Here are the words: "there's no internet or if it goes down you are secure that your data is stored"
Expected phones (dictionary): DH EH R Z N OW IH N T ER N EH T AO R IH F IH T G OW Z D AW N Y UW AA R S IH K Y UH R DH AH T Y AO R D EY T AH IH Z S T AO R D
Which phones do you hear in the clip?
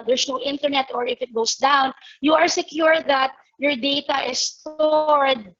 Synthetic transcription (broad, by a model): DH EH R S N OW IH N T ER N EH T AO R IH F IH T G OW S D AW N Y UW AA R S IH K Y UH R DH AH T Y AO R D EY T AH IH S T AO R D